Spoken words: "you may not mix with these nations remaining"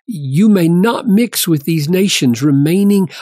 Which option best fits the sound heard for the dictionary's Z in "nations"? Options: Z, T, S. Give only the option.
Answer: Z